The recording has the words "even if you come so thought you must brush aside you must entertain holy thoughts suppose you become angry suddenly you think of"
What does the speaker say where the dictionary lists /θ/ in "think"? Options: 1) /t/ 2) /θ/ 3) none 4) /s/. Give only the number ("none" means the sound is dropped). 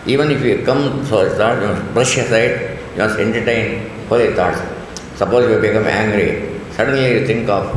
1